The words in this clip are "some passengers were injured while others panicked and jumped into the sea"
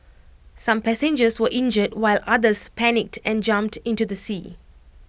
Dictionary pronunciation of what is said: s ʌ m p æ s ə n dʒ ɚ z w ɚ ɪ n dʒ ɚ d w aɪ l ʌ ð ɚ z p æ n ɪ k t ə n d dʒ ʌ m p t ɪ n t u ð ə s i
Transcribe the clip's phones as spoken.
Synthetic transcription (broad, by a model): s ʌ m p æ s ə n dʒ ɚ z w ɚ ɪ n dʒ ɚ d w aɪ l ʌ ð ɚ s p æ n ɪ k t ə n dʒ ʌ m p t ɪ n t u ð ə s i